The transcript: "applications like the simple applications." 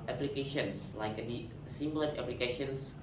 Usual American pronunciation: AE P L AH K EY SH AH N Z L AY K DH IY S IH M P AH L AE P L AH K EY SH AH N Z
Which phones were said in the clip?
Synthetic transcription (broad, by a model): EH P L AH K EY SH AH N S L AY K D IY S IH M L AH N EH P L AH K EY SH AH N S